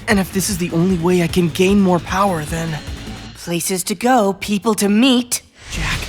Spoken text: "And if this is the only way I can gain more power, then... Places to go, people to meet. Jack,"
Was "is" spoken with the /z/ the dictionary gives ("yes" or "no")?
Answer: yes